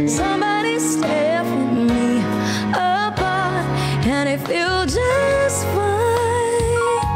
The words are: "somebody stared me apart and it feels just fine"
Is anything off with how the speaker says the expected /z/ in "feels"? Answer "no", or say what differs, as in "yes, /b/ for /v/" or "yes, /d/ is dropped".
yes, /z/ is dropped